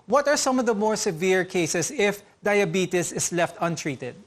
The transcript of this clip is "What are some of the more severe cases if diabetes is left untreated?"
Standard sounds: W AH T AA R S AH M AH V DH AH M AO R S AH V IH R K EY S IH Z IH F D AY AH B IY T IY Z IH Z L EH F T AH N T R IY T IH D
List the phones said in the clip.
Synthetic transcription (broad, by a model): W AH T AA R S AH M AH V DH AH M AO R S AH V IH R K EY S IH S IH F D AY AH B IY T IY S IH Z L EH F T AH N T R IY T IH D